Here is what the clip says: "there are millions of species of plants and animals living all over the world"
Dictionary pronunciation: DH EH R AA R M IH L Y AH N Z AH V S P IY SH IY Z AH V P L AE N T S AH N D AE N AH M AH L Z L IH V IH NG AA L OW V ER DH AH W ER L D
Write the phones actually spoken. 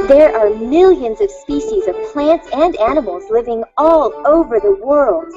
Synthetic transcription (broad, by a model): DH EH R AA R M IH L Y AH N Z AH V S P IY SH IY Z AH V P L AE N T S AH N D AE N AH M L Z L IH V IH NG AA L OW V ER DH AH W ER L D